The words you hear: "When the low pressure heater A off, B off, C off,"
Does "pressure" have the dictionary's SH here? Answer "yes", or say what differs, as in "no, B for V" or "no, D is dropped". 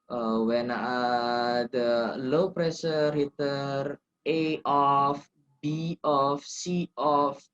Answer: no, S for SH